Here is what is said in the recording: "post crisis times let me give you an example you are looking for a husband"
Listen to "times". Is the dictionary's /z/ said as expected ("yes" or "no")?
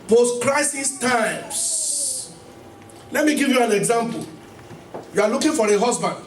no